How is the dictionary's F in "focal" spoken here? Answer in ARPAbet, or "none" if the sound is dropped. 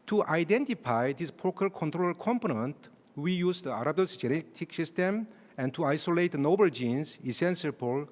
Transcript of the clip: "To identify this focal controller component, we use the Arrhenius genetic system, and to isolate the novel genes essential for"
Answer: P